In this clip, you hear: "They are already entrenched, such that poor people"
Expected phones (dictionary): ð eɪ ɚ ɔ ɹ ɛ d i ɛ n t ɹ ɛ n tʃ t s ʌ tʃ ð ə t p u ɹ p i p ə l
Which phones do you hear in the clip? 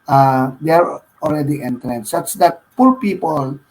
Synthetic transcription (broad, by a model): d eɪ ɚ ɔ l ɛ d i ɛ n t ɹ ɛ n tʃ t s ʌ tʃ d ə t p u ɹ p i p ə l